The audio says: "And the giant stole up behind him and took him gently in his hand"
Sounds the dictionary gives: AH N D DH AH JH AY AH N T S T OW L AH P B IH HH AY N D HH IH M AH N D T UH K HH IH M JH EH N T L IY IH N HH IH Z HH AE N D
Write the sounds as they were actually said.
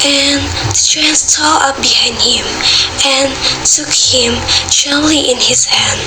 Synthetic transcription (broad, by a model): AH N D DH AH CH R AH N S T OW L AH P B IH HH AY N D HH IH M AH N T UH K HH IH M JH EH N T L IY IH N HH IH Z HH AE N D